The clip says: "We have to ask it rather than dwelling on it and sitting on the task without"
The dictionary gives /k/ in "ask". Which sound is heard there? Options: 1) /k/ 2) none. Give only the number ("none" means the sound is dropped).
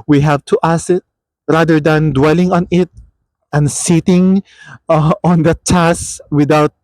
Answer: 2